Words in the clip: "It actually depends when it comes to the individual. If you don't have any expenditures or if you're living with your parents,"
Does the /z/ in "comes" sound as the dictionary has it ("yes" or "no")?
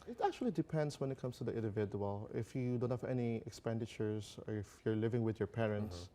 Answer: no